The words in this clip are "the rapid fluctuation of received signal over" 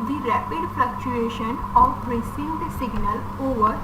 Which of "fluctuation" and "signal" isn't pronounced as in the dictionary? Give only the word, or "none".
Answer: fluctuation